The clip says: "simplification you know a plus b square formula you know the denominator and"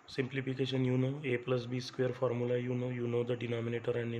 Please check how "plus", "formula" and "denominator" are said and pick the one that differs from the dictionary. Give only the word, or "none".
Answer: formula